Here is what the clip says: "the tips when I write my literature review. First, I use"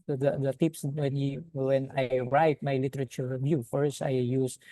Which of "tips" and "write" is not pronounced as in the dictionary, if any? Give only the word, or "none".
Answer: none